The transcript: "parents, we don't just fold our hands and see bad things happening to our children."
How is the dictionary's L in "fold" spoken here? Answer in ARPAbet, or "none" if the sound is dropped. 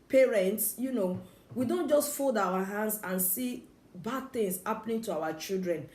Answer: L